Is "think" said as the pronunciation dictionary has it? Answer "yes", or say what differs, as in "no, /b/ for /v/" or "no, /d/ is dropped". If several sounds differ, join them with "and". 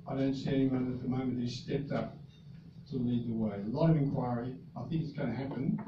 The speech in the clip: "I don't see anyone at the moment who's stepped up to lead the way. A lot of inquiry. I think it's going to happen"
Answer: yes